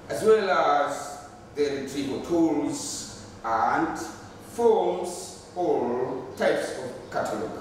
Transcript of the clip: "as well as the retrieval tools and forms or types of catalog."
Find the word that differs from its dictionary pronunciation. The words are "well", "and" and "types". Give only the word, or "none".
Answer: none